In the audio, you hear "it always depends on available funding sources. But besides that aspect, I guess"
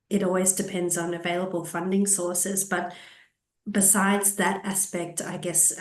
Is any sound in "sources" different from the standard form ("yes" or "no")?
no